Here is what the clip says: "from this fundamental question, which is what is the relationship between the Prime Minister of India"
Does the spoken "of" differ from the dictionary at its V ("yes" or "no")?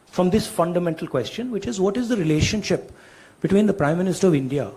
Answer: no